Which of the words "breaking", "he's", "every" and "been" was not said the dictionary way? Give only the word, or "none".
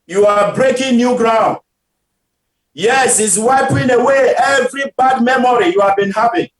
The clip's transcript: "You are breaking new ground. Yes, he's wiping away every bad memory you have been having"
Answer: he's